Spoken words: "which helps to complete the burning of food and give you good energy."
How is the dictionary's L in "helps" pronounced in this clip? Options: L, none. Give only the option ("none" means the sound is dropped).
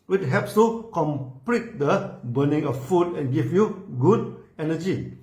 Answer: none